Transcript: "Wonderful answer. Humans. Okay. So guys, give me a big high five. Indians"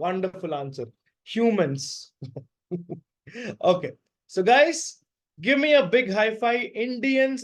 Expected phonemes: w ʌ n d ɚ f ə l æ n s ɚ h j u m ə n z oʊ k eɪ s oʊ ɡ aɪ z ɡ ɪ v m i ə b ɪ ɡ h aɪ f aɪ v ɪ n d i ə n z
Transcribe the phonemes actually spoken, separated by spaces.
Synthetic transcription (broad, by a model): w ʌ n d ɚ f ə l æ n s ɚ h j u m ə n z oʊ k eɪ s oʊ ɡ aɪ z ɡ ɪ v m i ə b ɪ ɡ h aɪ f aɪ ɪ n d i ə n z